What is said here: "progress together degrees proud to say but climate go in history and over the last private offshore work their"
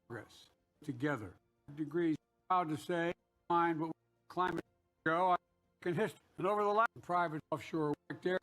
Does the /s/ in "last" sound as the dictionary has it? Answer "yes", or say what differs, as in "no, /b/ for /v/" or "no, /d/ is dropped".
no, /s/ is dropped